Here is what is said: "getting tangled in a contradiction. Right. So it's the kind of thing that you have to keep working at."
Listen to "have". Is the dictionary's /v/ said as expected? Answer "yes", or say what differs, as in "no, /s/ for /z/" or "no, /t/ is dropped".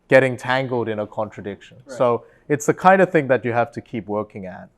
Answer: no, /f/ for /v/